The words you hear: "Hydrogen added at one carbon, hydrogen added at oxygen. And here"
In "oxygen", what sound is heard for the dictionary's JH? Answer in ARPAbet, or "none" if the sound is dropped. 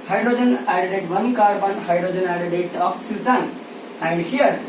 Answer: Z